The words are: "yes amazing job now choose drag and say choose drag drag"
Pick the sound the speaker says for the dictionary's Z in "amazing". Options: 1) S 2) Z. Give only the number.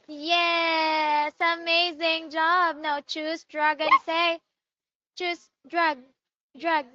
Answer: 2